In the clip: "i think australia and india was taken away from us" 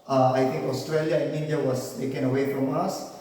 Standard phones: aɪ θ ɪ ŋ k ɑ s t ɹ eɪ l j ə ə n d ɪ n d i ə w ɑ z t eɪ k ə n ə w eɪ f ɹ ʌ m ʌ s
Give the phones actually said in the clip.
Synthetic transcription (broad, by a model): aɪ t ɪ ŋ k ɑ s t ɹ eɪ l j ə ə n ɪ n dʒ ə w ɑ s t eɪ k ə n ə w eɪ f ɹ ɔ m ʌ s